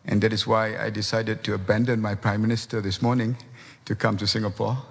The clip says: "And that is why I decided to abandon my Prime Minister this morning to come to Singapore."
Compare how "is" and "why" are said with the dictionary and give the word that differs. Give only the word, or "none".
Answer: is